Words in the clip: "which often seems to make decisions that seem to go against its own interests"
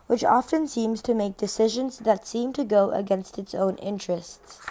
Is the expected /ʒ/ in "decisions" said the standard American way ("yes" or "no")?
yes